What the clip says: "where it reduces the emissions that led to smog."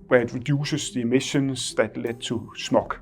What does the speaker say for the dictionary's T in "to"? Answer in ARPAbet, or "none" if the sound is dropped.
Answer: S